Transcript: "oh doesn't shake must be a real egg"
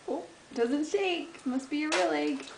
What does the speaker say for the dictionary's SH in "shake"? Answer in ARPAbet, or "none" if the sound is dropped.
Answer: S